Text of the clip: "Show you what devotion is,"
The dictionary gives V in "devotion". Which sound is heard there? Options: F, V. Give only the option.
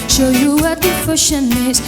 F